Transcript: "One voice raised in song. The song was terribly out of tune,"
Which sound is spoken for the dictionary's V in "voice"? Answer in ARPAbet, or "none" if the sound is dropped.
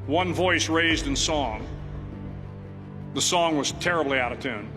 V